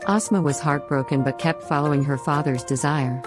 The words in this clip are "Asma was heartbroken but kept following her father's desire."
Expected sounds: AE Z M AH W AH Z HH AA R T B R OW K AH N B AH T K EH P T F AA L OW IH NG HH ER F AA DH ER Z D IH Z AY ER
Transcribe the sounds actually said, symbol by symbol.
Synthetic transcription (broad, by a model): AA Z M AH W AH Z HH AA R T B R OW K AH N B AH T K EH P T F AA L OW IH NG HH ER F AA DH ER Z D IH Z AY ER